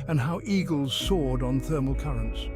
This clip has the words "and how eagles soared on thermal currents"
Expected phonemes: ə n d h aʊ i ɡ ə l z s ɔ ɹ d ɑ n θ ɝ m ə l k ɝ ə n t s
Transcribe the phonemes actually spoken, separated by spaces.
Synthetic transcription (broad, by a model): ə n h aʊ i ɡ ə l z s ɔ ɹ d n θ ɝ m ə l k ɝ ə n t s